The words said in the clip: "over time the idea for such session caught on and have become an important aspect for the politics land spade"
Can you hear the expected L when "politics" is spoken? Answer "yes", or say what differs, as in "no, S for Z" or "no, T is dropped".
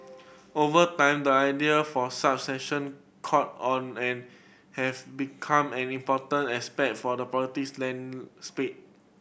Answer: no, L is dropped